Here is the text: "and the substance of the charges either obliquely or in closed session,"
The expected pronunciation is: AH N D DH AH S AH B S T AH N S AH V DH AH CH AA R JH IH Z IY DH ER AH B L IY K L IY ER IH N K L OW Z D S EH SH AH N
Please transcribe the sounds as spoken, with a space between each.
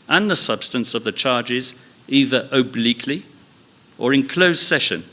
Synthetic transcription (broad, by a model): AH N DH AH S AH B S T AH N S AH V DH AH CH AA R JH IH Z IY DH ER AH B L IY K L IY ER IH N K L OW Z S EH SH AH N